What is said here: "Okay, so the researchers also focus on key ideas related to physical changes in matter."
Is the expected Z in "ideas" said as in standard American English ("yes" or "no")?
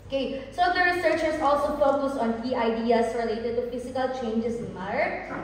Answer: no